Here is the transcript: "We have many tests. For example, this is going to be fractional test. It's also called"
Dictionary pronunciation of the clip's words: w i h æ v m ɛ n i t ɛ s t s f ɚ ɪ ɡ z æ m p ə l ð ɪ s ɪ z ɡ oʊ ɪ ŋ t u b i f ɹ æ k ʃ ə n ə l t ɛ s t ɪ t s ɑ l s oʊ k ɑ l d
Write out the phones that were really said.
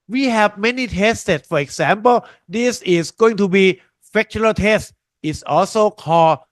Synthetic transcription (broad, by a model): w i h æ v m ɛ n i t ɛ s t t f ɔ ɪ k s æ m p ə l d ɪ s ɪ s ɡ oʊ ɪ ŋ t u b i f æ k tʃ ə ə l t ɛ s t ɪ t s ɑ l s oʊ k ɑ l